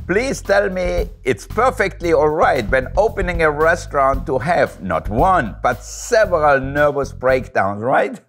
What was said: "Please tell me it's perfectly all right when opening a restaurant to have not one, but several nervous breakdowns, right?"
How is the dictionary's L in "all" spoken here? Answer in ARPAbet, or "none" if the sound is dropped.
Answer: L